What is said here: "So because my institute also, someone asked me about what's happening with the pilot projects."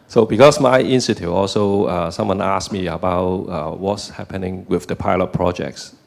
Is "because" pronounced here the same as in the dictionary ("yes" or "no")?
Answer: no